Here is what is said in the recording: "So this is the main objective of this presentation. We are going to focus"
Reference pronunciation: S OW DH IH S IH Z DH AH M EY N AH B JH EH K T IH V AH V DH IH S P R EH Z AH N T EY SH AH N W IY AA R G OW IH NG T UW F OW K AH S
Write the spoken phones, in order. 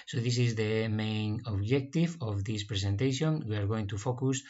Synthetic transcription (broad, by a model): S OW DH IH S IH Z DH AH M EY N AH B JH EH K T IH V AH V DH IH S P R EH S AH N T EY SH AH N W IY AA R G OW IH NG T UW F OW K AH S